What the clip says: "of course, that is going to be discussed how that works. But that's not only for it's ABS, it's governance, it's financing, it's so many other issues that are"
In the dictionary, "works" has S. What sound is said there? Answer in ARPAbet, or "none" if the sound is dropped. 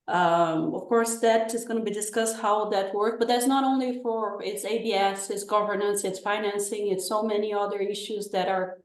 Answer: none